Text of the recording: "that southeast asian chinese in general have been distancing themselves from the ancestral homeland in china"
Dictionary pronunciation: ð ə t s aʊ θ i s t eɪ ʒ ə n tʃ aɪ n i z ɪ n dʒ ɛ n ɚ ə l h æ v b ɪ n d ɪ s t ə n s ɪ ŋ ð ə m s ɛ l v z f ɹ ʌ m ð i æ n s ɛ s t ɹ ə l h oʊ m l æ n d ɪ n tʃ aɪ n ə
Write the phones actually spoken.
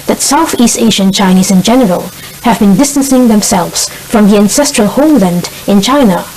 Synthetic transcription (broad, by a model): ð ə t s aʊ θ i s t eɪ ʒ ə n tʃ aɪ n i z ɪ n dʒ ɛ n ɚ ə l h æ v b ɪ n d ɪ s t ə n s ɪ ŋ ð ə m s ɛ l v z f ɹ ʌ m ð i æ n s ɛ s t ɹ ə l h oʊ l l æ n d ɪ n tʃ aɪ n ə